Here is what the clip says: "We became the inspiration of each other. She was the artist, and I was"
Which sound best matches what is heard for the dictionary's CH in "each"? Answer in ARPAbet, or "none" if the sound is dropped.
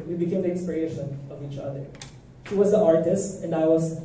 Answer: CH